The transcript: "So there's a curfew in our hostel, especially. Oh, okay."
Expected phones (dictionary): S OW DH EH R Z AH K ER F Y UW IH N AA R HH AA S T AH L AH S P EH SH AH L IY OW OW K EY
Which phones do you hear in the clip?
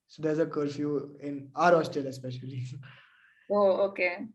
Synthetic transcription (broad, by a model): S OW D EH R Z AH K ER F Y UW IH N AA R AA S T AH L AH S P EH SH AH L IY OW OW K EY